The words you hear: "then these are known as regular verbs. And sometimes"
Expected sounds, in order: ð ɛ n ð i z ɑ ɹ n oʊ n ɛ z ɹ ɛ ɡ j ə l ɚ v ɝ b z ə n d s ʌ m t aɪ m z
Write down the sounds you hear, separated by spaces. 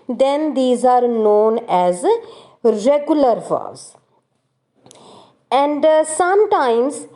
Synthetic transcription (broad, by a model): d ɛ n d i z ɑ ɹ n oʊ n ɛ z ɹ ɛ ɡ j ə l ɚ f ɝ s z ə n d s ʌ m t aɪ m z